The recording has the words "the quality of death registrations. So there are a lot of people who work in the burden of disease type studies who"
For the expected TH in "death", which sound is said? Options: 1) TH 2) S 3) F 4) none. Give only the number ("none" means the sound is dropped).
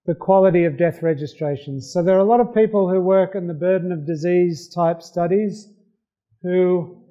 1